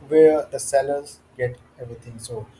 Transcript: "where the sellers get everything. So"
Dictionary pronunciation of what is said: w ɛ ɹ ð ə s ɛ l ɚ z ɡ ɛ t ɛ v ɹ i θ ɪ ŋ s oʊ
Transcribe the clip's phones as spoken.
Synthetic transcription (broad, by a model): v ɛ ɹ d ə s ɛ l ɚ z ɡ ɛ t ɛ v ɹ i t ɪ ŋ s oʊ